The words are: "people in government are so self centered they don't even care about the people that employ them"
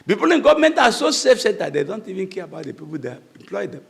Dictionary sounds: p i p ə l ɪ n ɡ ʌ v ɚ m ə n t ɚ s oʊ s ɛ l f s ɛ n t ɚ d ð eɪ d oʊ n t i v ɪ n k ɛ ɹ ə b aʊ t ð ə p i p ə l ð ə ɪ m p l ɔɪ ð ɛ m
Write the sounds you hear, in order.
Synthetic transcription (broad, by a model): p i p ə l ɪ n ɡ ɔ v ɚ m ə n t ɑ s oʊ s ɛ f s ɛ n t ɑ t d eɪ d oʊ n t i v ɪ n k ɛ ɹ ə b aʊ t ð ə p i p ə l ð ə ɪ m p l ɔɪ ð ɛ m